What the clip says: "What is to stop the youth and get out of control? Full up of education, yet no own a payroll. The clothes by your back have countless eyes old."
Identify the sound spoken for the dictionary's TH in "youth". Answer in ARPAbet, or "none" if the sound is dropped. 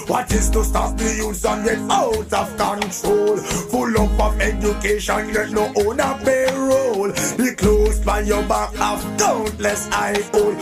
S